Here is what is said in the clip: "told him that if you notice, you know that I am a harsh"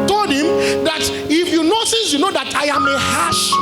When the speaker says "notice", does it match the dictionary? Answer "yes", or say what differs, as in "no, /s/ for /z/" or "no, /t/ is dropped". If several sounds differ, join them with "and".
no, /s/ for /t/